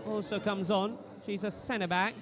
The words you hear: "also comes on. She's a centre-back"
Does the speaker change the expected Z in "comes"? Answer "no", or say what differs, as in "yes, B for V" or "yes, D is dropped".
no